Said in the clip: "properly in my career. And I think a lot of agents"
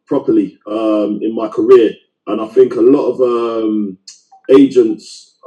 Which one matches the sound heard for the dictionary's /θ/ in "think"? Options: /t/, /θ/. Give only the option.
/θ/